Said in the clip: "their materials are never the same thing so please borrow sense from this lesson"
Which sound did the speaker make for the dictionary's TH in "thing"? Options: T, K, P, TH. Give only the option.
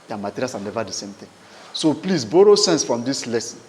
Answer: T